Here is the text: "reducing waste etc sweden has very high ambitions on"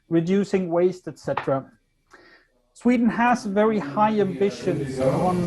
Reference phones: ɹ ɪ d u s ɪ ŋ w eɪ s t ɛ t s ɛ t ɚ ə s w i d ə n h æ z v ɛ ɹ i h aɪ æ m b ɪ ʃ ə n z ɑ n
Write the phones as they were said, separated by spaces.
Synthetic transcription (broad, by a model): ɹ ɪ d u s ɪ ŋ w eɪ s t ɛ t s ɛ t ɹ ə s w i d n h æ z v ɛ ɹ i h aɪ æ m b ɪ ʃ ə n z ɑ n